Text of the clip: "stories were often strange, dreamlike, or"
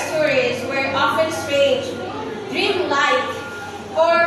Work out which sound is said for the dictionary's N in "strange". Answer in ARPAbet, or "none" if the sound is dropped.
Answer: none